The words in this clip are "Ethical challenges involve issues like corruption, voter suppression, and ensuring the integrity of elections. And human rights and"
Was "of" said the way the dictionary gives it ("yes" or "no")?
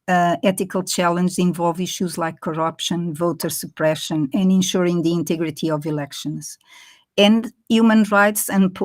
yes